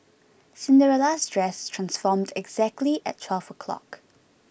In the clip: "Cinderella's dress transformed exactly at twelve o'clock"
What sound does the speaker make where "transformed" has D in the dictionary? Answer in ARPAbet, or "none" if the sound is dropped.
D